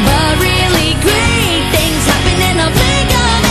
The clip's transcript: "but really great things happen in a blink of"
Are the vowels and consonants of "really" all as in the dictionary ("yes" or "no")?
yes